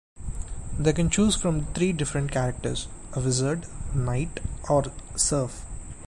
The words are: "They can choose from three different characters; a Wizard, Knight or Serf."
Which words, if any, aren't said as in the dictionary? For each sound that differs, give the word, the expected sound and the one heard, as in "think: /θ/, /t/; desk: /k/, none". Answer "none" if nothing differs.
three: /θ/, /t/